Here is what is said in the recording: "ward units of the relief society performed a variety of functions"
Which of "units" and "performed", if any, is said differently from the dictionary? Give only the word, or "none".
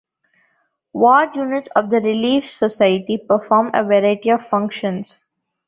performed